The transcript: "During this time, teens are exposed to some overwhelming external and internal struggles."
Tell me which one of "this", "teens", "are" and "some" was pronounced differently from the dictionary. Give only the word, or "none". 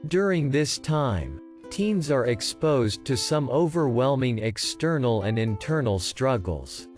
none